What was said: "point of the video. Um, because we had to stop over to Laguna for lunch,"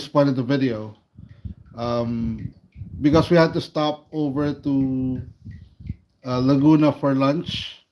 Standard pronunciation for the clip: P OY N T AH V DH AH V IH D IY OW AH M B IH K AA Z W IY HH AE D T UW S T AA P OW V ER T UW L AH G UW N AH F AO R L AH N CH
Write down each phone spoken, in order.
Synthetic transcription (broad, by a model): P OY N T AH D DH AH V IH D IY OW AH M B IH K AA S W IY HH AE D T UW S T AA P OW V ER T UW L AH G UW N AH F AO R L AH N CH